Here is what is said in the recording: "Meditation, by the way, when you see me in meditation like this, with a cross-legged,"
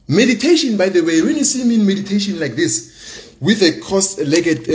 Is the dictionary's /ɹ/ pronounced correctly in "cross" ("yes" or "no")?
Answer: no